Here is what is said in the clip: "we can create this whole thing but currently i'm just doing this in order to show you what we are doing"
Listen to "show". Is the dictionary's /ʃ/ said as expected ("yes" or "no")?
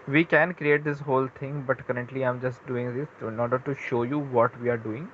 yes